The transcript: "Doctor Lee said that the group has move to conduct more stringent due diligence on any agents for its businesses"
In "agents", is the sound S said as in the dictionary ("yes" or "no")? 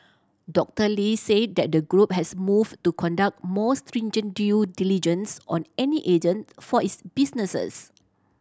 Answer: no